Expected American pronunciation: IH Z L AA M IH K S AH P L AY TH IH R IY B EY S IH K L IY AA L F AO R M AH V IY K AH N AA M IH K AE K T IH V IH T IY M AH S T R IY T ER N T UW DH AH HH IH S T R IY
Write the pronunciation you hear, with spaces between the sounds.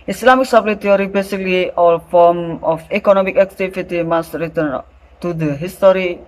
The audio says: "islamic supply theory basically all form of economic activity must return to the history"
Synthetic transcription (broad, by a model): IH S L AA M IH K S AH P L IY T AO R IY B EY S IH K L IY AA L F AO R M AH F IY K AH N AA M IH K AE K T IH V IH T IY M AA S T R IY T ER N T UW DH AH HH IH S T R IY